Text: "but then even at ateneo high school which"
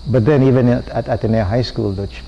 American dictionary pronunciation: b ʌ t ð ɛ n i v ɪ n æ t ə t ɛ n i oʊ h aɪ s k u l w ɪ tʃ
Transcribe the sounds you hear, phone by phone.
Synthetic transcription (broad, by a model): b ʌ t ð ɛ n i v ɪ n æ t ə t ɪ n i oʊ h aɪ s k u l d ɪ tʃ